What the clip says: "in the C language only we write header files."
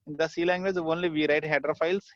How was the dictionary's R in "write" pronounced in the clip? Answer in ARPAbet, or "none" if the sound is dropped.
R